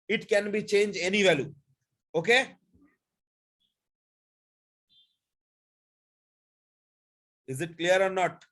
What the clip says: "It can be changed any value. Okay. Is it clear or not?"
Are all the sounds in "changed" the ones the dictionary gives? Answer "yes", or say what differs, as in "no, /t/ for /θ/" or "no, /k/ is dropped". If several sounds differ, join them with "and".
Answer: no, /d/ is dropped